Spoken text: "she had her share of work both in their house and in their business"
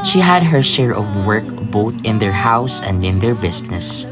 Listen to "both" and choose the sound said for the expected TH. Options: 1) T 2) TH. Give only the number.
2